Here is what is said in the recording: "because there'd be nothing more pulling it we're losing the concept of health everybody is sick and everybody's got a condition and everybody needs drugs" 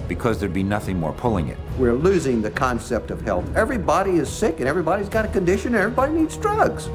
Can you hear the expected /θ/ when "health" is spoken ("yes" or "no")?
yes